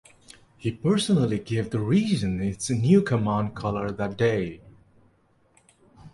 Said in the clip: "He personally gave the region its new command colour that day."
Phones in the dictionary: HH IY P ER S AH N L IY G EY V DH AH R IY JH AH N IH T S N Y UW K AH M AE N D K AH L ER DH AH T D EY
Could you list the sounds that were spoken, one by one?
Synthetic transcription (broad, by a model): HH IY P ER S AH N L IY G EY V DH AH R IY Z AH N IH T S N Y UW K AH M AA N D K AH L ER DH AH T D EY